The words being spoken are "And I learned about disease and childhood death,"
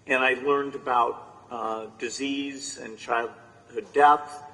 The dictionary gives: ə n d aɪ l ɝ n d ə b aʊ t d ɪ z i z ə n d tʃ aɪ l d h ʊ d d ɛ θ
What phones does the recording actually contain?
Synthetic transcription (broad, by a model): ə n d aɪ l ɝ n d ə b aʊ t d ɪ z i z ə n tʃ aɪ l d h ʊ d d ɛ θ